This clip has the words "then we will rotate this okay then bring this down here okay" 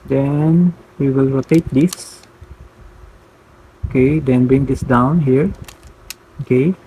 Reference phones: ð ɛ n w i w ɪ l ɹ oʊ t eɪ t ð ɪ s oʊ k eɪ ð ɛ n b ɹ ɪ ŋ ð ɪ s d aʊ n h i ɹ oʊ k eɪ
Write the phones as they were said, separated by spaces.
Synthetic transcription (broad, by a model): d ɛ n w i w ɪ l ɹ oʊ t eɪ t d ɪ s oʊ k eɪ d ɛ n b ɹ ɪ ŋ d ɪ s d aʊ n h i ɹ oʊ k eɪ